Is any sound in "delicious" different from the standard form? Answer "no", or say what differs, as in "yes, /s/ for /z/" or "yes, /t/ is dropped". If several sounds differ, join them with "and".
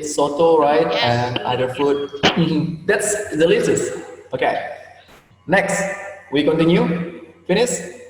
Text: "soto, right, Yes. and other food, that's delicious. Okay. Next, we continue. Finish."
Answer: yes, /s/ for /ʃ/